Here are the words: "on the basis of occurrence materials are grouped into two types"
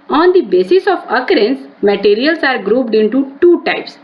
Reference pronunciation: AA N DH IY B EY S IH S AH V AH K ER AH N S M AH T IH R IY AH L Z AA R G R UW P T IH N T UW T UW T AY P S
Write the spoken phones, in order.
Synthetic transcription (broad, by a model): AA N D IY B EY S IH S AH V AH K ER AH N S M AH T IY R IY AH L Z AA R G R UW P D IH N T UW T UW T AY P S